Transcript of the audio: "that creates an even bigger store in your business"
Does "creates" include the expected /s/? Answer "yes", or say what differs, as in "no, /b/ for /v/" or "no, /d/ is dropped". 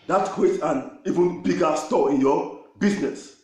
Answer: no, /s/ is dropped